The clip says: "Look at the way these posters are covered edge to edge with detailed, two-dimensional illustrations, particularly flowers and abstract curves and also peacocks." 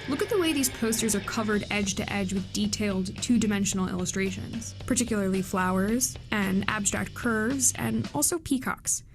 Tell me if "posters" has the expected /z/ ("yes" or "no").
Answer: yes